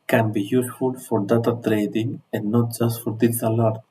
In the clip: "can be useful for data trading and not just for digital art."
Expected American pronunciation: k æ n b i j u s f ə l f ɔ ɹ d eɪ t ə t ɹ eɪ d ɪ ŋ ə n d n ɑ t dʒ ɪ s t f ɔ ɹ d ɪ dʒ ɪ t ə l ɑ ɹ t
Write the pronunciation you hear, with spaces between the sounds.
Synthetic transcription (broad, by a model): k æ n b i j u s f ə l f ɔ ɹ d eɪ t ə t ɹ eɪ d ɪ ŋ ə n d n ɑ t dʒ ɪ s t f ɔ ɹ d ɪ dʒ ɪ s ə l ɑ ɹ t